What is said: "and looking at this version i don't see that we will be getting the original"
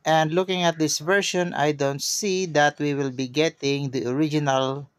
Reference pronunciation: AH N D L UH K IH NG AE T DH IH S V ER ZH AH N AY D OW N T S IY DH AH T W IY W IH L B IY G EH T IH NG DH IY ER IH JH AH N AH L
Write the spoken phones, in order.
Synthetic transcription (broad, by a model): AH N D L UH K IH NG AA T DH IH S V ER SH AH N AY D OW N T S IY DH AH T W IY W IH L B IY G EH T IH NG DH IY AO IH JH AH N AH L